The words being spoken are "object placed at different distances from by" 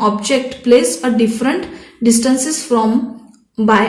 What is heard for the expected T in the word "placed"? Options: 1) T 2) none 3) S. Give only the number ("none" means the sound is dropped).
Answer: 2